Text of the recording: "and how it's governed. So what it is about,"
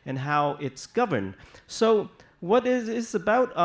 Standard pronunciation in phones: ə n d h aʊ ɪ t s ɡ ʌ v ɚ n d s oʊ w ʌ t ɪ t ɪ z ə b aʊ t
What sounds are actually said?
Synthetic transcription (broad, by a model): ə n h aʊ ɪ t s ɡ ʌ v ɚ n d s oʊ w ʌ t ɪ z ɪ z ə b aʊ t